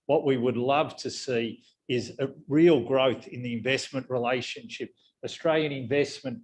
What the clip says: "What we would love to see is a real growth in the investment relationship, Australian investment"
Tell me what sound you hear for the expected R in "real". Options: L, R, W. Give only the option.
R